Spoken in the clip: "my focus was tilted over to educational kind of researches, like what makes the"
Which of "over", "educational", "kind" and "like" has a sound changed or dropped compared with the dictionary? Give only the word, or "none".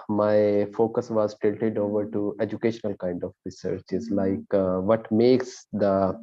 none